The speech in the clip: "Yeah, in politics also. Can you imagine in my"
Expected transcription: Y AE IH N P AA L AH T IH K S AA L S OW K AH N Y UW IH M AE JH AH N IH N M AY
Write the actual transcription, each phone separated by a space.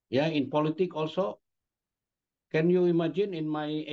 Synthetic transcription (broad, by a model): Y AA IH N P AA L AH T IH K AA L S OW K AH N Y UW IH M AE JH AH N IH N M AY